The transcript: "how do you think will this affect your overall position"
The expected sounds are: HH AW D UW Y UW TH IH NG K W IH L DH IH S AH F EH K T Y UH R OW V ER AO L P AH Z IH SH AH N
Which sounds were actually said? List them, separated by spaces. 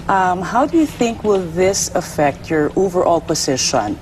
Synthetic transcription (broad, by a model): HH AW D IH Y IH TH IH NG K W IH L DH IH S AH F EH K T Y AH R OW V ER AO L P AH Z IH SH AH N